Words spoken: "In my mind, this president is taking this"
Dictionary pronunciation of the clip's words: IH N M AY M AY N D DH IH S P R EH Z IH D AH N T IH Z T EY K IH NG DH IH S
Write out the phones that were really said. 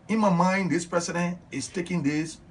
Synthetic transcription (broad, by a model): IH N M AY M AY N D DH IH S P R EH S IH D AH N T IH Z T EY K IH NG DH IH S